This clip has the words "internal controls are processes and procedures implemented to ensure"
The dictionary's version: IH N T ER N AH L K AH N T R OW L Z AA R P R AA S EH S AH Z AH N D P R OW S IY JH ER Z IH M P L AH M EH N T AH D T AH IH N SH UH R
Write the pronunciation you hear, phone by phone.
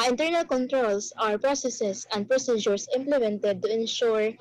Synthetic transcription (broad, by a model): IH N T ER N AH L K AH N T R OW L S AA R P R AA S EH S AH S AH N D P R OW S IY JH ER S IH M P L AH M EH N T AH D T AH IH N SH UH R